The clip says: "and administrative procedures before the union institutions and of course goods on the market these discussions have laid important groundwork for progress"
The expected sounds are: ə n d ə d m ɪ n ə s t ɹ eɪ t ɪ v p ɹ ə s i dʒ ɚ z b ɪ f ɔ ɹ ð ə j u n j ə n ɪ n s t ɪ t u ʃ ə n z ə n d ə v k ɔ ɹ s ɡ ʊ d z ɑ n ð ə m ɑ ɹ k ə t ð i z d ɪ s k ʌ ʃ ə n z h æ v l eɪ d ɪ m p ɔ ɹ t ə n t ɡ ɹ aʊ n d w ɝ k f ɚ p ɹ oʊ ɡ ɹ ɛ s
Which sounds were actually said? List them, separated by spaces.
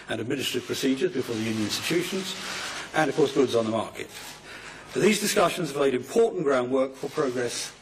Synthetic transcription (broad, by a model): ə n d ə d m ɪ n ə s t ɹ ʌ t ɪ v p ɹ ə s i dʒ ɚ z b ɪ f ɔ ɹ ð ə j u n j ə n ɪ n s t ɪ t u ʃ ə n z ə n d ə v k ɔ ɹ s ɡ ʊ d z n ð ə m ɑ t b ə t ð i z d ɪ s k ʌ ʃ ə n z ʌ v l eɪ d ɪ m p ɔ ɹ t n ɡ ɹ aʊ n d w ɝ k f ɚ p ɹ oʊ ɡ ɹ ɛ s